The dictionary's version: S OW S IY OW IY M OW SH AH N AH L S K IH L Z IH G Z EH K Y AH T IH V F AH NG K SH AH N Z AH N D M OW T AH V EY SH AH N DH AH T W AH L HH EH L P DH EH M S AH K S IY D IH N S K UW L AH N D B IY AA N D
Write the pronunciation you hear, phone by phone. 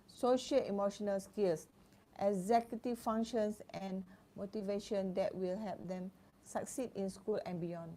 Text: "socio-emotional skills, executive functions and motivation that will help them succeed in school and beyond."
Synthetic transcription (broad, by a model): S OW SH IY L IY M OW SH AH N AH L S K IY L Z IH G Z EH K Y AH T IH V F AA NG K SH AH N S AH N M OW T AH V EY SH AH N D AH T W AH L HH EH L P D EH M S AH K S IY D IH N S K UW L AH N B IY AA N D